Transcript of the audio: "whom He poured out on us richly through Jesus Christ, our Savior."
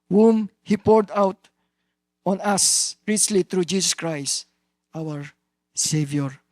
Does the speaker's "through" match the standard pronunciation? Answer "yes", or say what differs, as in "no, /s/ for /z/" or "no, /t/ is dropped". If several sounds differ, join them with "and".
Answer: no, /t/ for /θ/